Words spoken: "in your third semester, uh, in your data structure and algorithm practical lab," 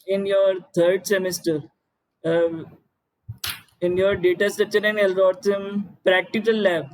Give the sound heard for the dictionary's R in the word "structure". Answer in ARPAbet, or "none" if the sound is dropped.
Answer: none